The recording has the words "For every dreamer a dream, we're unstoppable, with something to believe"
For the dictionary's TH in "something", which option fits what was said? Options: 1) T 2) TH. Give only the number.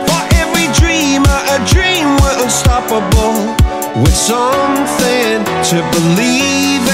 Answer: 2